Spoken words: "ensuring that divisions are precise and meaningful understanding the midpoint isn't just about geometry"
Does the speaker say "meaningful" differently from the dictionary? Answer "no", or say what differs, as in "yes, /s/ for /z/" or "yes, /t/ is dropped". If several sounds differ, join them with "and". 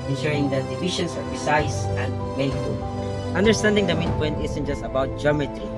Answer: yes, /ŋ/ is dropped